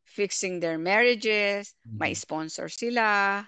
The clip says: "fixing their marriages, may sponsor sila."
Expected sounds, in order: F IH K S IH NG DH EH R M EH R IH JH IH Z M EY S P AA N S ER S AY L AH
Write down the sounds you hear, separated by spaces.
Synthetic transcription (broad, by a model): F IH K S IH NG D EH R M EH R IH JH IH S M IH S P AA N S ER S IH L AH